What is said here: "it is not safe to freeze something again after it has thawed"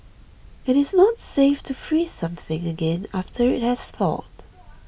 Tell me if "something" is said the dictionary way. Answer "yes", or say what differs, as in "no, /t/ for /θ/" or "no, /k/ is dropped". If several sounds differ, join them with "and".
yes